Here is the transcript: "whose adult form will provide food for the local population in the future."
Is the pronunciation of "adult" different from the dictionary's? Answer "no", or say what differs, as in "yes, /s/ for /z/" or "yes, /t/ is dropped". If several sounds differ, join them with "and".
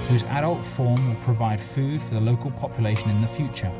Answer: no